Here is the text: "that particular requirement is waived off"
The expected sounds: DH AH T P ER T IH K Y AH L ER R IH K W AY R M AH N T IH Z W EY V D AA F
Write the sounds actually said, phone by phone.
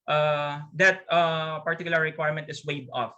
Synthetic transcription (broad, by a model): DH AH T P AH T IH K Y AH L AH R IH K W AY R M AH N T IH S W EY D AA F